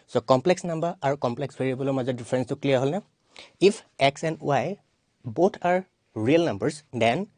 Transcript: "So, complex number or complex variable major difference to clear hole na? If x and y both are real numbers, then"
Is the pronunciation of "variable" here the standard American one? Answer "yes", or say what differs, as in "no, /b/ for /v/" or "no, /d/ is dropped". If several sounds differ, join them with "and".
no, /b/ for /v/